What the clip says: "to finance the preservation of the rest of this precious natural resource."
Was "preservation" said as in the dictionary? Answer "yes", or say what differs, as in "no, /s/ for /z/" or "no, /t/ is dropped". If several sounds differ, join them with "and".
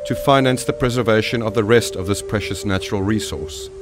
yes